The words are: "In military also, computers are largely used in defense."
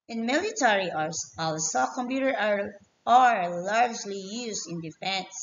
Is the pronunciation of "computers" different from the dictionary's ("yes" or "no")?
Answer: yes